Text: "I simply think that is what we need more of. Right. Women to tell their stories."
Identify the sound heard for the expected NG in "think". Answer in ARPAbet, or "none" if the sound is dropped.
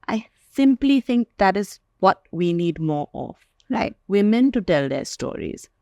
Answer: NG